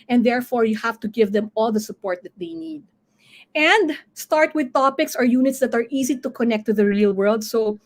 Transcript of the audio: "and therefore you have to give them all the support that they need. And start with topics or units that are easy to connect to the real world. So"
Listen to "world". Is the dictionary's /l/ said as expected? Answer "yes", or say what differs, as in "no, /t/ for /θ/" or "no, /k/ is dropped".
yes